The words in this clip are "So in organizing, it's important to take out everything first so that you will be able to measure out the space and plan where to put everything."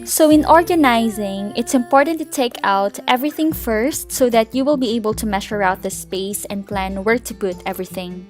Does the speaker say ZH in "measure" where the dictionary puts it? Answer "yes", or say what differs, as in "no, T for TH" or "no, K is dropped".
no, SH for ZH